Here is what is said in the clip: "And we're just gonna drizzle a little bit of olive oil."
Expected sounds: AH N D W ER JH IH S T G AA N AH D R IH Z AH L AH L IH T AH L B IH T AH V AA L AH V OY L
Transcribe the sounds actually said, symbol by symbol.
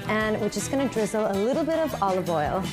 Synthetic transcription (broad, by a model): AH N W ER CH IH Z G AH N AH D R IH Z L AH L IH T L B IH T AH V AA L AH V OY L